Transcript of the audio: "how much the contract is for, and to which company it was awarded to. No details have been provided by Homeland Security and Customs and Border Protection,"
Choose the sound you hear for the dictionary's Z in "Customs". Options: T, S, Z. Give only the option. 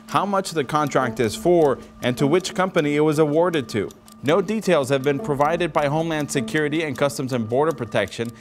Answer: Z